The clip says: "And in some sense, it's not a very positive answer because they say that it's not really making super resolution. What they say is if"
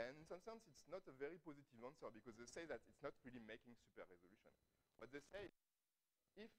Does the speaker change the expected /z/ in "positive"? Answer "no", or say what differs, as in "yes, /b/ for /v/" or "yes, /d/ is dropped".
no